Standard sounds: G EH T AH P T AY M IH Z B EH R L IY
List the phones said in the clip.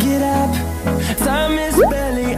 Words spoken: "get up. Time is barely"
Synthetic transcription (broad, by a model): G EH T AH P S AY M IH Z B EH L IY